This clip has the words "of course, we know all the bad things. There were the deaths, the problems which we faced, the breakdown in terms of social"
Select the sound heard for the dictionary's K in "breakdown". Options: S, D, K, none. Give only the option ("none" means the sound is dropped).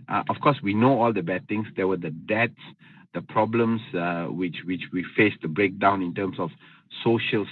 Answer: K